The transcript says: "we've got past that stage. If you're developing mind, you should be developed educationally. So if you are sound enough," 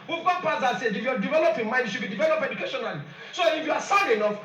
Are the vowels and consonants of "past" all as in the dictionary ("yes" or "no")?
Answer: no